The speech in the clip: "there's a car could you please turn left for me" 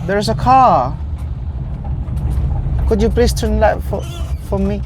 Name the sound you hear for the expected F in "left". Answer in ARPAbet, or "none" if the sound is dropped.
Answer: none